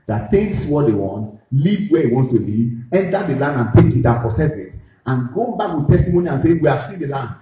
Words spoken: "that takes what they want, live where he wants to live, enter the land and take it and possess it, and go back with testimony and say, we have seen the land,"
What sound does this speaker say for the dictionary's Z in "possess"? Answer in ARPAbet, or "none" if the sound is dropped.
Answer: S